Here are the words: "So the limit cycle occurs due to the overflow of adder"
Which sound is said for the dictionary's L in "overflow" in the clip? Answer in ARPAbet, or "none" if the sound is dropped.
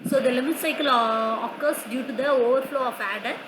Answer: L